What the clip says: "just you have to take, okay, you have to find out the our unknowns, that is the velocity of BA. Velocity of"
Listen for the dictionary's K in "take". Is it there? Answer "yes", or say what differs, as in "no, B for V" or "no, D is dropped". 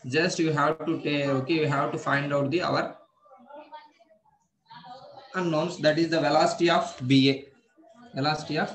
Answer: no, K is dropped